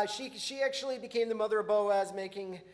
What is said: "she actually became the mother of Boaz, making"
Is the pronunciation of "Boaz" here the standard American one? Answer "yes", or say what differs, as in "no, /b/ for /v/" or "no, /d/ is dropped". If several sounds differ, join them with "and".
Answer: yes